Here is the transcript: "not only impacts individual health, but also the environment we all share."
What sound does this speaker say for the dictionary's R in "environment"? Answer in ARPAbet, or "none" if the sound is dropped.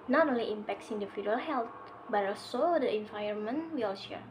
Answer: none